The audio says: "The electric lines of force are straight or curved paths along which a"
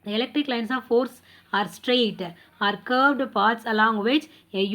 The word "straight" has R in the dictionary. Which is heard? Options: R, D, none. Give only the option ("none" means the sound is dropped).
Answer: R